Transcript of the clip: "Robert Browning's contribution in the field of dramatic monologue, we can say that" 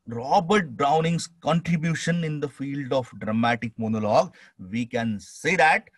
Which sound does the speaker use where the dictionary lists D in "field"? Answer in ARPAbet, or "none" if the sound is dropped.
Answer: D